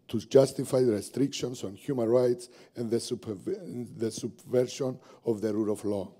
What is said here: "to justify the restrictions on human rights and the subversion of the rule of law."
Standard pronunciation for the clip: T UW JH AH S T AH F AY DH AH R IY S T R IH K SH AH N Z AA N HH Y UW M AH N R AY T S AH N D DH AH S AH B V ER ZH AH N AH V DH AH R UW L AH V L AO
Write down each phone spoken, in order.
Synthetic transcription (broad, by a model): T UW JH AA S T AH F AY R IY S T R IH K SH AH N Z AA N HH Y UW M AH N R AY T S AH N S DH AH S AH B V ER SH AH N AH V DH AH R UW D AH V L AO